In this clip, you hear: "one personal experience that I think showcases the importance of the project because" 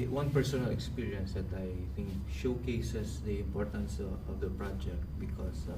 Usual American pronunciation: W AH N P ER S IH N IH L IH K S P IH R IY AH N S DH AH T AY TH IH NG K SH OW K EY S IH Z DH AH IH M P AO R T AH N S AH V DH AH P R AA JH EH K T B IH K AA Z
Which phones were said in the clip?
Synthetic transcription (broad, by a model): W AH N P ER S IH N IH L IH K S P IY R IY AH N S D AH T AY T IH NG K SH OW K EY S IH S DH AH IH M P AO R T AH N S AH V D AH P R AA JH EH K T B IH K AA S